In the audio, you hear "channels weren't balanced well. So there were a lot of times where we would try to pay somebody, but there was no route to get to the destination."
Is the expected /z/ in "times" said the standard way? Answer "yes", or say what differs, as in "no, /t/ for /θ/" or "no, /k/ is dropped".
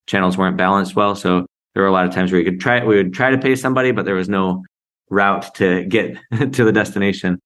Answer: yes